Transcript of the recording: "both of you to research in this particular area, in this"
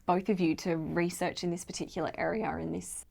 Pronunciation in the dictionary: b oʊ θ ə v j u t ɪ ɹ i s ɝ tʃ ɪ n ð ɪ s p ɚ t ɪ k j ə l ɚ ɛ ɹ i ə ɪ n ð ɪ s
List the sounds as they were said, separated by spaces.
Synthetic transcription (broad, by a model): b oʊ θ ə v j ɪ t ɪ ɹ i s ɝ tʃ ɪ n ð ɪ s p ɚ t ɪ k j l ɚ ɛ ɹ i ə ɪ n ð ɪ s